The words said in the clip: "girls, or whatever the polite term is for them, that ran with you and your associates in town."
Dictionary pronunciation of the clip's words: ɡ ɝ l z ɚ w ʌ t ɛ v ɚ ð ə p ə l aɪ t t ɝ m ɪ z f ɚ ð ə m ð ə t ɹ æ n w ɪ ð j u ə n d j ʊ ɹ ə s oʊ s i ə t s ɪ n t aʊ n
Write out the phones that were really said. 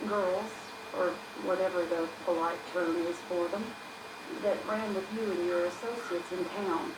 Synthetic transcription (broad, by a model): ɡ ɝ l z ɚ w ʌ t ɛ v ɚ ð ə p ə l aɪ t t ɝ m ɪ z f ɚ ð ə m ð ə t ɹ æ n w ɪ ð j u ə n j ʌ ɹ ə s oʊ s i ə t s ɪ n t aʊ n